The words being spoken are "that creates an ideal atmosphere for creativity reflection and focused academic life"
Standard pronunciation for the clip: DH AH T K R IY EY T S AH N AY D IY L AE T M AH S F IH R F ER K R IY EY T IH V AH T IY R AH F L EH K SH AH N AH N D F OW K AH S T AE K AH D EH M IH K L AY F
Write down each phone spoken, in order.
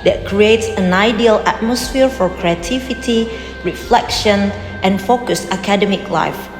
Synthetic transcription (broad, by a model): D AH T K R IY EY T S AH N AY D IY L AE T M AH S F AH R F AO K R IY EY T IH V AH T IY R AH F L EH K SH AH N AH N F OW K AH S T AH K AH D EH M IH K L AY F